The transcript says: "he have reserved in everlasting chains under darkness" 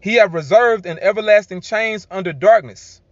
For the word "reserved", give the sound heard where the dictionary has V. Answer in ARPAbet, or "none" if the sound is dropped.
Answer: V